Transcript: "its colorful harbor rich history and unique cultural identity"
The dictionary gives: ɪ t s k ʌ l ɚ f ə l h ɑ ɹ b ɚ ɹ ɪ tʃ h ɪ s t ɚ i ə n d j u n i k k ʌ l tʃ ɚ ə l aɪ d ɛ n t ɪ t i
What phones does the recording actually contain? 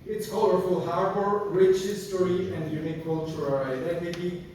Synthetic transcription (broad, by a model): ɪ t s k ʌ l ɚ f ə l h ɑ ɹ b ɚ ɹ ɪ tʃ h ɪ s t ɚ i ə n d j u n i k k ʌ l tʃ ɚ ə l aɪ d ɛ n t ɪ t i